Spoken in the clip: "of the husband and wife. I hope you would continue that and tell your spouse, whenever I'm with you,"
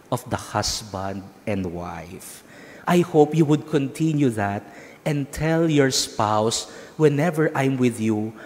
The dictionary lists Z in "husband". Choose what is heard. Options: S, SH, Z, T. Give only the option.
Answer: S